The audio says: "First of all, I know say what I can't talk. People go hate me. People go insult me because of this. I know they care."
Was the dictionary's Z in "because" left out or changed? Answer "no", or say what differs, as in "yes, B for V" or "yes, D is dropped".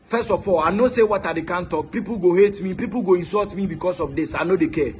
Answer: yes, S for Z